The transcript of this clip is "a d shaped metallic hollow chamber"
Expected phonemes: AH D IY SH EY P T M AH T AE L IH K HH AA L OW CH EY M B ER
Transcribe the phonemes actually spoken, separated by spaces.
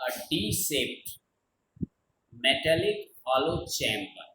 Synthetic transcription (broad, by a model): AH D IY S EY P T M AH T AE L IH K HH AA L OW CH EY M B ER